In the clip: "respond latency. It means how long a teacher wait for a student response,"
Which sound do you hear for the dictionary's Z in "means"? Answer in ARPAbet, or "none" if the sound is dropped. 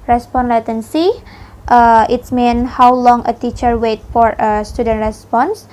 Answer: none